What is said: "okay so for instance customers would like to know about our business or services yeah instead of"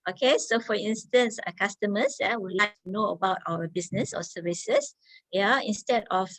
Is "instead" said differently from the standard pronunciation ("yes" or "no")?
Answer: no